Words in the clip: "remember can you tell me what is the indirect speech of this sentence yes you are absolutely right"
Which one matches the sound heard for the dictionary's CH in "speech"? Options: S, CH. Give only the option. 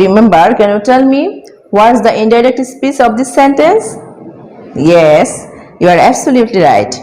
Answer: S